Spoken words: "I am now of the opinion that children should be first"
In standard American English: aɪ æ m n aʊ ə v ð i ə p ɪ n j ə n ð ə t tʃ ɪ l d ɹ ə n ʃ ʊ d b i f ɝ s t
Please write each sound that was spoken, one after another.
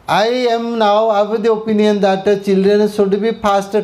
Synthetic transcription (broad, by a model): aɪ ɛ m n aʊ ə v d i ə p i n j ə n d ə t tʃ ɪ l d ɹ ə n s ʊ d b i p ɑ s t